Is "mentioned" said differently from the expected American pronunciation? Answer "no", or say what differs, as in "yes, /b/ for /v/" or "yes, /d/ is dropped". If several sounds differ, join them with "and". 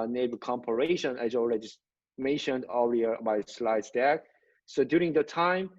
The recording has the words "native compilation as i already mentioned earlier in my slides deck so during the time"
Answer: no